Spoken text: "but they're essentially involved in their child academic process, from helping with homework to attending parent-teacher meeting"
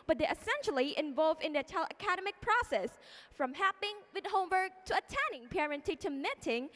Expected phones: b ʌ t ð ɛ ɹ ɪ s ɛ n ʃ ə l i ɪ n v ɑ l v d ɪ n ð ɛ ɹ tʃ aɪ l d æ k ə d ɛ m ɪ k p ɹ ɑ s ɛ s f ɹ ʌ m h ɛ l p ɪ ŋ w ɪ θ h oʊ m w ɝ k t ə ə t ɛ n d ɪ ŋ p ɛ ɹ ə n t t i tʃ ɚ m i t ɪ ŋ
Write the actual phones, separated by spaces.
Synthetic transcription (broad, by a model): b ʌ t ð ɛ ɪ s ɛ n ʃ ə l i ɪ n v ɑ l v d ɪ n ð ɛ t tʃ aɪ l ʌ k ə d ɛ m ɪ k p ɹ ɑ s ɛ s f ɹ ʌ m h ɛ p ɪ ŋ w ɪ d h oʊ m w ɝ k t ə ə t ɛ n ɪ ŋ p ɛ ɹ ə n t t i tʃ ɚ m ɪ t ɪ ŋ